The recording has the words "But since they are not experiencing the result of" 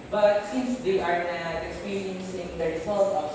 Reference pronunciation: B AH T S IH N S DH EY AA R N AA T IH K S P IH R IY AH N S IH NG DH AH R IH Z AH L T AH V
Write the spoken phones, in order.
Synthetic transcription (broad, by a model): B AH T S IH N S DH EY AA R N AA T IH K S P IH R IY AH N S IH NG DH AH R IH S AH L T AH